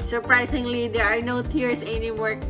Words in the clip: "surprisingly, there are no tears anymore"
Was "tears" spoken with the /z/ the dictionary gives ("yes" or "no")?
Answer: no